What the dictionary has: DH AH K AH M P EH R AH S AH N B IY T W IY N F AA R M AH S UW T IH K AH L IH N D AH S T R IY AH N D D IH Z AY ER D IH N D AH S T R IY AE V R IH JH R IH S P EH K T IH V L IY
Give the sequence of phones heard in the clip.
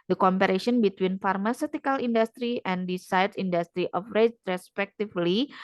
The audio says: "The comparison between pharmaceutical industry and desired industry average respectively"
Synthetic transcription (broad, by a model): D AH K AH M P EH R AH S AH N B IY T W IY N F AA R M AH S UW T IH K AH L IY N D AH S T R IY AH N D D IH S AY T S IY N D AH S T R IY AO F R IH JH R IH S P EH K T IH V L IY